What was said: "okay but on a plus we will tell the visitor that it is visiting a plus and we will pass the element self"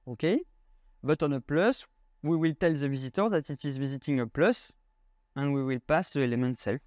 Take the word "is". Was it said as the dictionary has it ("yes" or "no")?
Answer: yes